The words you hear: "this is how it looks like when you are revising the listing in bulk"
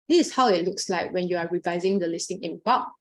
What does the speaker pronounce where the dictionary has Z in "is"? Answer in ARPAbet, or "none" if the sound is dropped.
S